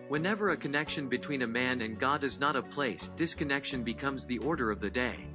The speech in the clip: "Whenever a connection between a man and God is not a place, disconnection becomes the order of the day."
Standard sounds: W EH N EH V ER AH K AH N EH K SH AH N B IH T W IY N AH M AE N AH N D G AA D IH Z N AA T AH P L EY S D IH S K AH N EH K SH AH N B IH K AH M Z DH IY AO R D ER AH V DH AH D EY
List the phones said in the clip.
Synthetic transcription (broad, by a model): W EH N EH V ER AH K AH N EH K SH AH N B IH T W IY N AH M AE N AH N G AA D IH Z N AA T AH P L EY S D IH S K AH N EH K SH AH N B IH K AH M Z DH IY AO R D ER AH V DH AH D EY